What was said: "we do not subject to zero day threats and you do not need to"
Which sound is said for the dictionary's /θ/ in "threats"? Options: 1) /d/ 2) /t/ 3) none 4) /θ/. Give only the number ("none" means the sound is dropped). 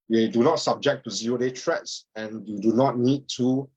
2